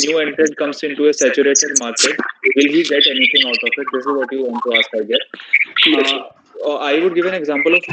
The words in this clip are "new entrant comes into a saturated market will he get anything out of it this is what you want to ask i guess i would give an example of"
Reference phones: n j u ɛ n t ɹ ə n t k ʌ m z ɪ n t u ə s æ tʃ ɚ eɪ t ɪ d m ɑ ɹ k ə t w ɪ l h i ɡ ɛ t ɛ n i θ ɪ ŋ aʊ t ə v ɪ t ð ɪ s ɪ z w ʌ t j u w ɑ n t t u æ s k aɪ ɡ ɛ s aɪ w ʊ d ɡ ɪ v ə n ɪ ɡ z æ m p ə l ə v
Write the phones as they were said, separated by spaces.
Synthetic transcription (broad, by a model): n j u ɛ n t ɹ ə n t k ʌ m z ɪ n t u ə s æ tʃ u eɪ t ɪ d m ɑ ɹ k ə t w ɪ l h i ɡ ɛ t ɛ n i t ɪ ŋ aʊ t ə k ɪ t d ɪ s ɪ z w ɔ t j u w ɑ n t t u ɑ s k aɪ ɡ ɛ aɪ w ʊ d ɡ ɪ v ə n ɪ ɡ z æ m p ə l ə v